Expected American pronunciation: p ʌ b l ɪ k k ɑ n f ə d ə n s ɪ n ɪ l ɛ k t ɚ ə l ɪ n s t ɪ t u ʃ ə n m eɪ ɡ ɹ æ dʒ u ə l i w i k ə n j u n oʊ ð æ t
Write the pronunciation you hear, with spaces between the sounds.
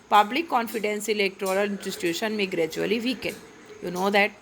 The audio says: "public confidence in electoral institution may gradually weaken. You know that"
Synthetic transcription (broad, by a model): p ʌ b l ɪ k k ɑ n f ə d ə n s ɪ l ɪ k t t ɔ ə l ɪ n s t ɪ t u ʃ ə n m eɪ ɡ ɹ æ dʒ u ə l i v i k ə n j u n oʊ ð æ t